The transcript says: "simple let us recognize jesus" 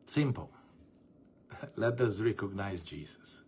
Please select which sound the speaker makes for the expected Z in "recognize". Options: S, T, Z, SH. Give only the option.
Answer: Z